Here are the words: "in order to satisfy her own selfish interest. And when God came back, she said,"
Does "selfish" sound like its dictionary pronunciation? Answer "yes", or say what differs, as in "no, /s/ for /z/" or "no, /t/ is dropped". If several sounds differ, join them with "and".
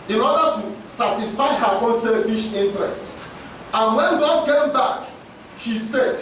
yes